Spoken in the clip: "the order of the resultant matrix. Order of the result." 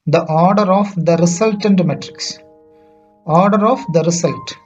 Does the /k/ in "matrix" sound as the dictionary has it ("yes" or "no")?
yes